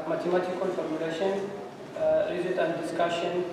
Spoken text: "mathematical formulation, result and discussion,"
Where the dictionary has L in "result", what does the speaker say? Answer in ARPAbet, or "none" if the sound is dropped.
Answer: none